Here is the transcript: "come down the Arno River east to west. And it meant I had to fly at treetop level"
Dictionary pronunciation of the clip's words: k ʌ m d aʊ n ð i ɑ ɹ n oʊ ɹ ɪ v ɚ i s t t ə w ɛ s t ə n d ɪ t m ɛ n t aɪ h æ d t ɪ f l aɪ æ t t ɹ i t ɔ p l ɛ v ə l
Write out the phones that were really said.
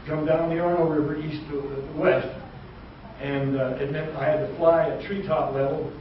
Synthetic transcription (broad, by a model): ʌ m d aʊ n ð i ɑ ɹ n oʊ ɹ ɪ v ɚ i s t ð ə w ɛ s t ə n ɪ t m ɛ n aɪ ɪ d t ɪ f l aɪ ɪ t t ɹ i t ɔ p l ɛ v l